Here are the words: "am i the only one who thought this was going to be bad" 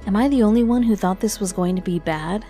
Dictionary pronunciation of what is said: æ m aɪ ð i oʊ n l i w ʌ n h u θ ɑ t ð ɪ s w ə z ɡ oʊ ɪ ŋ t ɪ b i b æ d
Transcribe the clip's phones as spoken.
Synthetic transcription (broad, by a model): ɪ m aɪ ð i oʊ n l i w ʌ n h u θ ɑ t ð ɪ s w ə z ɡ oʊ ɪ ŋ t ɪ b i b æ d